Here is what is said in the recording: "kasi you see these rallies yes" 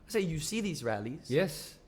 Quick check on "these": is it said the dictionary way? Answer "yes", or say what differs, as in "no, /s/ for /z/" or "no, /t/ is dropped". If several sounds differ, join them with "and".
yes